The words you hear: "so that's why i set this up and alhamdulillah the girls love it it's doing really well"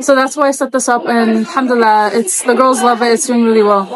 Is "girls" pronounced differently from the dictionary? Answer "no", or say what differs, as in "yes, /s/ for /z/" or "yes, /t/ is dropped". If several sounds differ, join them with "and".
no